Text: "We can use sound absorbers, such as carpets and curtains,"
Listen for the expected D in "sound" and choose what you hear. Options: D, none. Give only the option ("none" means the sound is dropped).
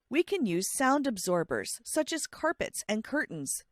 D